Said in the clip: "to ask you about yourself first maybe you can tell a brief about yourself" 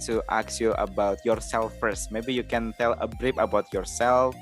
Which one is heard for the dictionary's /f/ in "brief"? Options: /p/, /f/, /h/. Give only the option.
/p/